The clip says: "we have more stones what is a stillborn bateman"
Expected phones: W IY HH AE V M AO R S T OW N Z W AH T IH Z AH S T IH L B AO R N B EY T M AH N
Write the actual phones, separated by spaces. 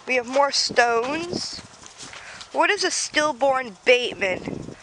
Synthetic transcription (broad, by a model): W IY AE V M AO R S T OW N Z W AH T IH Z AH S T IH L B AO R N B EY T M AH N